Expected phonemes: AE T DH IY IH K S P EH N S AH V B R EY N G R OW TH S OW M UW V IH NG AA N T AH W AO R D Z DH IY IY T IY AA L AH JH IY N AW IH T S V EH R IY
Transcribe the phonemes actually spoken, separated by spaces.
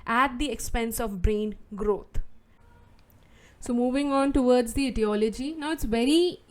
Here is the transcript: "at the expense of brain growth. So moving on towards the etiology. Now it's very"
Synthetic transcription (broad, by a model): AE T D IY IH K S P EH N S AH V B R EY N G R OW T S OW M UW V IH NG AA N T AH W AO R D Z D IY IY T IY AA L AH JH IY N AW IH T S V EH R IY